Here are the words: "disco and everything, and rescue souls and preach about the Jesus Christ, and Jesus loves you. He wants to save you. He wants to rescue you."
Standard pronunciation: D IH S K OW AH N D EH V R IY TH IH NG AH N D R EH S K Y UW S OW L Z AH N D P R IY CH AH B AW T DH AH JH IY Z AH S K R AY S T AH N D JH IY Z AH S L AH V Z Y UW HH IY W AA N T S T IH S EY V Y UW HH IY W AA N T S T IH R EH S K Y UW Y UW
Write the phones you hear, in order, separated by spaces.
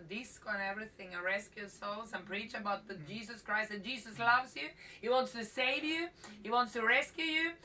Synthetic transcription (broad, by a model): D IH S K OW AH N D EH V R IY TH IH NG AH R EH S K Y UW S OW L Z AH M P R IY CH AH B AW T DH AH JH IY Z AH S K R AY S T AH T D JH IY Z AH S L AH V Z Y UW HH IY W AA N T S T IH S EY V Y UW HH IY W AA N T S T IH R EH S K Y UW Y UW